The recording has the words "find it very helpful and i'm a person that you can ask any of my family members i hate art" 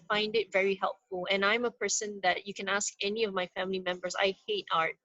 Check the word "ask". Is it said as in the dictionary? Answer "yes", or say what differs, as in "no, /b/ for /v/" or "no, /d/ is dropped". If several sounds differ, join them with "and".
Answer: yes